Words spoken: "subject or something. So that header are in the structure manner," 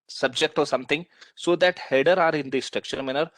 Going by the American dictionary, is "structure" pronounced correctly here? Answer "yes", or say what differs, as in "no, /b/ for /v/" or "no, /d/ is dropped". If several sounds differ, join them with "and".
no, /ʃ/ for /tʃ/